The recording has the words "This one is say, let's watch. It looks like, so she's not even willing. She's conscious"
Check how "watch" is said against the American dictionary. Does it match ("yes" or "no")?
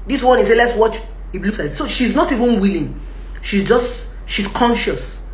yes